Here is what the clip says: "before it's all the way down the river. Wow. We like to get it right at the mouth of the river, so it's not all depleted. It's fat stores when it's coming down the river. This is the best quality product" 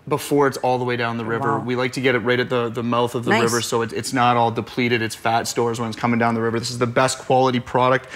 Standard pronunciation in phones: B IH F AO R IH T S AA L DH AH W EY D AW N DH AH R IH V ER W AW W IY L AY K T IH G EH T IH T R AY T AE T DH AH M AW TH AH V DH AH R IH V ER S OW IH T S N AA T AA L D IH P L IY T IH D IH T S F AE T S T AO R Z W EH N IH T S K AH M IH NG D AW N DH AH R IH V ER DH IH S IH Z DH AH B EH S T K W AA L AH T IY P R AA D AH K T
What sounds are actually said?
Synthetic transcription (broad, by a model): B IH F AO R IH T S AA L DH AH W EY D AW N DH AH R IH V ER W W IY L AY K T IH G EH T IH T R AY T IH T DH AH M AW TH AH V DH AH R IH V ER S OW IH T S N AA T AA L D IH P L IY T IH D IH T S F AE T S T AO R Z W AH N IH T S K AH M IH NG D AW N DH AH R IH V ER DH IH S IH Z DH AH B EH S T K W AA L AH T IY P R AA D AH K T